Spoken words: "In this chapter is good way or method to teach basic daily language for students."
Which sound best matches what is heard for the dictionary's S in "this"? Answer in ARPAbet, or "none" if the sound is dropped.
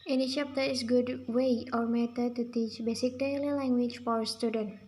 none